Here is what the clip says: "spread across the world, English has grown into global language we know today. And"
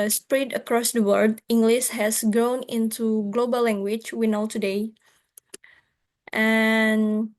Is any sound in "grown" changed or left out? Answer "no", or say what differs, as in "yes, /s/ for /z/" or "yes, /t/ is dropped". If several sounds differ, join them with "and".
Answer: no